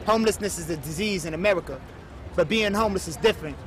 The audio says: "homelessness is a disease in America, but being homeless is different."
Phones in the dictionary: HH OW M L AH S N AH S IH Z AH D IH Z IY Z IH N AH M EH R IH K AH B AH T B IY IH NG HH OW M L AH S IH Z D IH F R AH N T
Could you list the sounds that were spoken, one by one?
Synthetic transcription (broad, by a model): HH OW M L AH S N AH S IH Z AH D IH Z IY Z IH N AH M EH R IH K AH B AH T B IY IH NG HH OW M L AH S IH Z D IH F R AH N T